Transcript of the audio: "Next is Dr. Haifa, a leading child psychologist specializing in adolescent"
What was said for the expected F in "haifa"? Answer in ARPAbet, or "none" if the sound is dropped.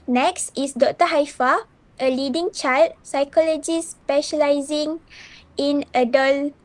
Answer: F